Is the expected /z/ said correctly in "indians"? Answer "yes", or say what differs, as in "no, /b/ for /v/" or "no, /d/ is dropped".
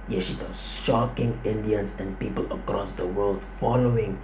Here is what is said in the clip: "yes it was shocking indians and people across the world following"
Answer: no, /s/ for /z/